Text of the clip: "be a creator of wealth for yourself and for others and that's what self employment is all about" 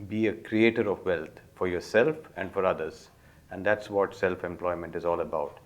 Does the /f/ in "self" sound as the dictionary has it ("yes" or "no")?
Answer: yes